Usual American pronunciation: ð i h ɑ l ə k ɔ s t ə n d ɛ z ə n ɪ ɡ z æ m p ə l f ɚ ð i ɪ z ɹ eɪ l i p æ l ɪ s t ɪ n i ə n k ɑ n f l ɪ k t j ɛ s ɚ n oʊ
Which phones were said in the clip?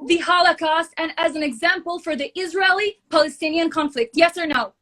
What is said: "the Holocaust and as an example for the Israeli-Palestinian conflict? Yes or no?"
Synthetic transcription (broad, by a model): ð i h ɑ l ə k ɔ s t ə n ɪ z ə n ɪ ɡ z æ m p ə l f ɚ ð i ɪ z ɹ eɪ l i p æ l ɪ s t ɪ n i ə n k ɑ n f l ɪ k t j ɛ s ɚ n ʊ